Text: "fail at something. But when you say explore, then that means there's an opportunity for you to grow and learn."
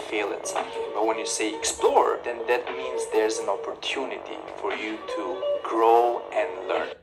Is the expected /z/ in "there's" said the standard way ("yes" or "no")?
yes